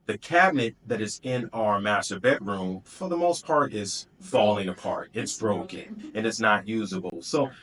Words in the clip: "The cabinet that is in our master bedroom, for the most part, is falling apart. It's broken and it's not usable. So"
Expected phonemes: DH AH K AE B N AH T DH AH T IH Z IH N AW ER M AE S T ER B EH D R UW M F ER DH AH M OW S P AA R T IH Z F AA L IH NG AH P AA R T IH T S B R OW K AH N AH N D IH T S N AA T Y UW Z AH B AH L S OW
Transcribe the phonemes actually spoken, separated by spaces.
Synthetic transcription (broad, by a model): DH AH K AE B N AH T DH AH T IH Z IH N AW ER M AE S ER B EH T R UW M F ER DH AH M OW S P AA R T IH Z F AA L IH NG AH P AA R T IH T S B R OW K AH N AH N IH T S N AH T Y UW Z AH B L S OW